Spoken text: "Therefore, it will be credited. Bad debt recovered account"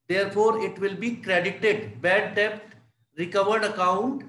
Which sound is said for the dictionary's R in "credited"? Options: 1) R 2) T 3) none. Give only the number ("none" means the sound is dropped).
1